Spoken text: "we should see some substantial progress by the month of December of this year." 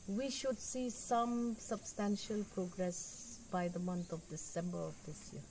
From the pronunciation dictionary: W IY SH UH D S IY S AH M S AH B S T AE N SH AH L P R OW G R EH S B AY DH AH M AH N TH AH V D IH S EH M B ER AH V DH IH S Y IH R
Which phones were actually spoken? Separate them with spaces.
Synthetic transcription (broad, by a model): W IY SH UH D S IY S AH M S AH B S T AE N SH AH L P R OW G R EH S B AY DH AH M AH N T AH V D IH S EH M B ER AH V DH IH S Y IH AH